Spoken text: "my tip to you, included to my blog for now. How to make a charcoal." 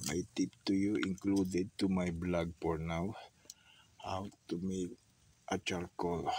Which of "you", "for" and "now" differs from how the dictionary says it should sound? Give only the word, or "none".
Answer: for